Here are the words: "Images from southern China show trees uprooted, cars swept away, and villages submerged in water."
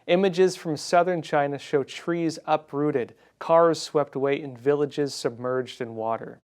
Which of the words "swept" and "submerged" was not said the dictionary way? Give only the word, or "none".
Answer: none